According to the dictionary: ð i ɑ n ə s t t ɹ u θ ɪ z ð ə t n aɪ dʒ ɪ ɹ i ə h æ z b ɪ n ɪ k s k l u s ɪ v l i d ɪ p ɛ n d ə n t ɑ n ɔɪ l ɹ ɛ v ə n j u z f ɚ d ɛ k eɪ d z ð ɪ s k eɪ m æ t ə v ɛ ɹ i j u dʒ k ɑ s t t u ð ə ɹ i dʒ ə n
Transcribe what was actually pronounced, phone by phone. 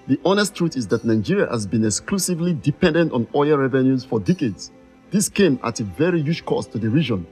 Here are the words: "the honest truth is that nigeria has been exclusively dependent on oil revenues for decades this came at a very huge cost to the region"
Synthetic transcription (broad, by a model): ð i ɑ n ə s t t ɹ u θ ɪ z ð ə t n aɪ dʒ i ɹ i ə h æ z b ɪ n ɪ k s k l u s ɪ v l i d ɪ p ɛ n d ə n t ɑ n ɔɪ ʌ ɹ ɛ v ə n j u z f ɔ d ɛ k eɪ d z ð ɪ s k eɪ m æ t ə v ɛ ɹ i j u dʒ k ɑ s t t u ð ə ɹ i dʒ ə n